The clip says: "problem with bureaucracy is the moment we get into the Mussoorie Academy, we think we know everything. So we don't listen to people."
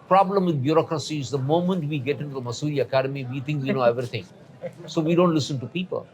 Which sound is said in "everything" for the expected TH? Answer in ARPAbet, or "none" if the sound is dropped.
T